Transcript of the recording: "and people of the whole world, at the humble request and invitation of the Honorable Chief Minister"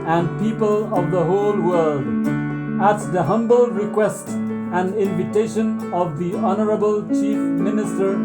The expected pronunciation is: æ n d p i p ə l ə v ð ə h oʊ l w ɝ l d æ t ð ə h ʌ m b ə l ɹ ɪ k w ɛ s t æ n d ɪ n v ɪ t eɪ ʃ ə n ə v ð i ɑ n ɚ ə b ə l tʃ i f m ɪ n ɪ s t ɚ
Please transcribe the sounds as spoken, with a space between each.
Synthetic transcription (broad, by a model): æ n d p i p ə l ə v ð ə h oʊ l w ɝ l d æ t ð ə h ʌ m b ə l ɹ ɪ k w ɛ s t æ n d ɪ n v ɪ t eɪ ʃ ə n ə v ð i ɑ n ɚ ə b ə l tʃ i f m ɪ n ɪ s t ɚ